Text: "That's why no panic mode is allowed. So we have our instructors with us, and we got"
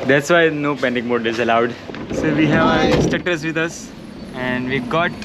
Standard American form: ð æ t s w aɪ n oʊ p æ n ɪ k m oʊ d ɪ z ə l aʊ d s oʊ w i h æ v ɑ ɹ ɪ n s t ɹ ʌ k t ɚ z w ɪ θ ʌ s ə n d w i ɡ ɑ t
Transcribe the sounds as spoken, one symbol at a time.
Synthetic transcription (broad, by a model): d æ t s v aɪ n oʊ p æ n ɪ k m oʊ d ɪ z ə l aʊ d s oʊ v i h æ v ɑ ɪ s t ʌ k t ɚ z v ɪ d ʌ s ə n d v i ɡ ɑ t